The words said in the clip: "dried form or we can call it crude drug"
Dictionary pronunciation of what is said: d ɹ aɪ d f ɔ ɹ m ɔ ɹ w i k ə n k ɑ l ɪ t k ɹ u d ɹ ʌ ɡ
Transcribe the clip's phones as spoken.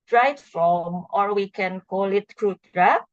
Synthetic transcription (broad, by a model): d ɹ aɪ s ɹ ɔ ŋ ɔ ɹ w i k ə n k ɑ l ɪ t k ɹ u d ɹ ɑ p